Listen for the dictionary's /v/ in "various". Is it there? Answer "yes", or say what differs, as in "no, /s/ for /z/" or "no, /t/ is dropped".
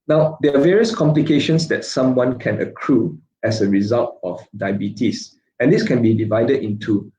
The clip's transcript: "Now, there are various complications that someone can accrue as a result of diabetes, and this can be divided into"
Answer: yes